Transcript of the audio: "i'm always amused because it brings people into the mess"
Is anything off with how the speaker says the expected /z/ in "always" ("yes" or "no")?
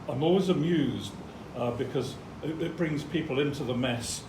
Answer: no